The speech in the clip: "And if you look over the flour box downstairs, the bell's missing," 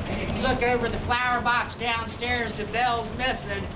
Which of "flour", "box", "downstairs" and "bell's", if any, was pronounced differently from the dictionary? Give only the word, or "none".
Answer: none